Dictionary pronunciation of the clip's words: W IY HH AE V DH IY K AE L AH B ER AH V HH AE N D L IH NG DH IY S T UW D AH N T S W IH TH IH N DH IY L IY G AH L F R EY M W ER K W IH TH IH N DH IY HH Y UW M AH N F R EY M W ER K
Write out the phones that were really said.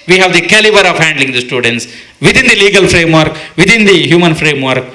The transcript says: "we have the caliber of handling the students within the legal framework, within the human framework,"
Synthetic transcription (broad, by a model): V IY HH AE V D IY K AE L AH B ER AH V HH AE N D L IH NG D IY S T UW D AH N T S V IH T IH N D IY L IY G AH L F R EY M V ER K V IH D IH N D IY HH Y UW M AH N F R EY M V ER K